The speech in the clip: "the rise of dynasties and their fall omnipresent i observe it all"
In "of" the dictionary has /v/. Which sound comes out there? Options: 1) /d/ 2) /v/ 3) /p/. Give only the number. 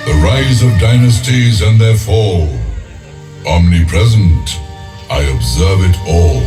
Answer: 2